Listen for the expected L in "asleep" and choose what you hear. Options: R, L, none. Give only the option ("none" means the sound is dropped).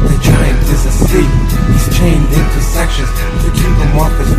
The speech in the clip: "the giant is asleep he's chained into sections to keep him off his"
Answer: none